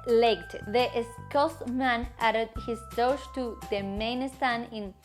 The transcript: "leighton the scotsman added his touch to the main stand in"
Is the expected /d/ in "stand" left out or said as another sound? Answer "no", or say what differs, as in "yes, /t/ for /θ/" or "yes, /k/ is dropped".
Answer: yes, /d/ is dropped